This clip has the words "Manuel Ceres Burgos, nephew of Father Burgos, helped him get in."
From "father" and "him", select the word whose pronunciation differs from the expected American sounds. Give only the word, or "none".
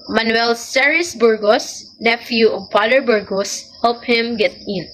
father